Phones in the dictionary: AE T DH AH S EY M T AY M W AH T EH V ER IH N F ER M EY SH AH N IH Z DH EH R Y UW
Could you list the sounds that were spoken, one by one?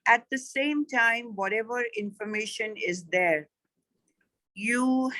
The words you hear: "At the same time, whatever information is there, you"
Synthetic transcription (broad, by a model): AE T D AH S EY M T AY M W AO T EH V ER IH N F ER M EY SH AH N IH Z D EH R Y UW